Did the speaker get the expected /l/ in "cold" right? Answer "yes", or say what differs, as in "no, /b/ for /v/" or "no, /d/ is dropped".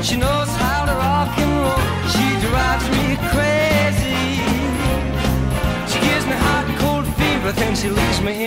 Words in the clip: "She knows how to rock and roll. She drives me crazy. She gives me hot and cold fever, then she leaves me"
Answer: yes